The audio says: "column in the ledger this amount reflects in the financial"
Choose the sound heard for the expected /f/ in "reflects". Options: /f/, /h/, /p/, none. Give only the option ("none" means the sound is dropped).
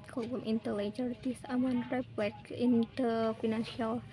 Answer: /p/